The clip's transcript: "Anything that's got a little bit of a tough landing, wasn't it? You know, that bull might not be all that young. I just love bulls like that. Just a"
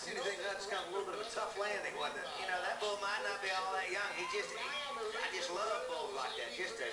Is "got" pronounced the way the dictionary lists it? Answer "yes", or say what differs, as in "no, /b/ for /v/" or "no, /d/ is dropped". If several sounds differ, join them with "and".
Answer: no, /t/ is dropped